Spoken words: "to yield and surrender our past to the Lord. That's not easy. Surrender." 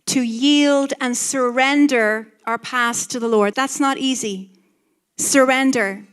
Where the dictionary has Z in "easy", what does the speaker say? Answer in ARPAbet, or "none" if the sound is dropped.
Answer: Z